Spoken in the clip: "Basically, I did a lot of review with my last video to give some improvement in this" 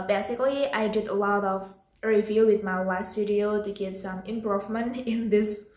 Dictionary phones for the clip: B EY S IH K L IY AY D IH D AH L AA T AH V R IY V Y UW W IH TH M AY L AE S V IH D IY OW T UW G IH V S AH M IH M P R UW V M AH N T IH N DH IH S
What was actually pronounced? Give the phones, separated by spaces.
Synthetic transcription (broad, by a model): B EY S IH K L IY AY D IH D AH L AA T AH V R IY V Y UW W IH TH M AY W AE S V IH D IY OW T UW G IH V S AH M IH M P R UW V M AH N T IH N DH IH S